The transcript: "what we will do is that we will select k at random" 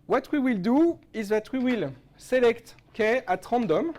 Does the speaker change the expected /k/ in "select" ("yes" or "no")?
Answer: no